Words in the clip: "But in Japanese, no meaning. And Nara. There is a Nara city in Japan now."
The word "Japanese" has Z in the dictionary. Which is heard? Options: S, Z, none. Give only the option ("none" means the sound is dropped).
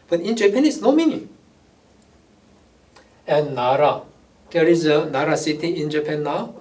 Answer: S